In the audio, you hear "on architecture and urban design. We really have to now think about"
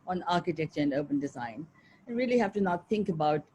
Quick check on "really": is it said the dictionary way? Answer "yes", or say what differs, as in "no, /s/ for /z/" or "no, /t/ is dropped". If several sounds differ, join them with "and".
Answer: yes